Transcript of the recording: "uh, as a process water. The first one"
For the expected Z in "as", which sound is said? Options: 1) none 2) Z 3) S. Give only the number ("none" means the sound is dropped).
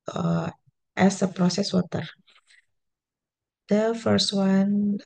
3